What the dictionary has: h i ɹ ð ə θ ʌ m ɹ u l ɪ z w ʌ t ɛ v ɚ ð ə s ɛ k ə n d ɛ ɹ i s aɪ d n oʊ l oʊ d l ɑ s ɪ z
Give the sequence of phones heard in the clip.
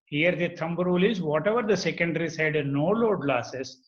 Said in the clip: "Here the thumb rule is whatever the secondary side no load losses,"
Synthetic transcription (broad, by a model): h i ɹ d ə t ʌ m ɹ u l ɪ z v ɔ t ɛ v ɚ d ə s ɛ k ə n d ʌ ɹ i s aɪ d n oʊ l oʊ d l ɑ s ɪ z